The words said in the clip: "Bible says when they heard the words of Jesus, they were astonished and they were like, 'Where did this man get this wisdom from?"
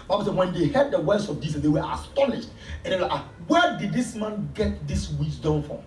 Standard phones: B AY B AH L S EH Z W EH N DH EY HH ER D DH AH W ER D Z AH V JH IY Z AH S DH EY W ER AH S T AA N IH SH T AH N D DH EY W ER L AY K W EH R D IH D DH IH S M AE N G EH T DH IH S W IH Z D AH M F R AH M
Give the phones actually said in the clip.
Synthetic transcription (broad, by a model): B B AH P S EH W EH N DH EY HH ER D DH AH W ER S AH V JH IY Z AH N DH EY W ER AH S T AA N IH SH T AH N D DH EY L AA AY W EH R D IH D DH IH S M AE N G EH T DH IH S W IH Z D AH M F R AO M